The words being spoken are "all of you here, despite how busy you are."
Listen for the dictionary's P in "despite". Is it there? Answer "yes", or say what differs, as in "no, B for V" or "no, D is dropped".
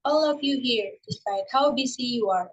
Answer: no, P is dropped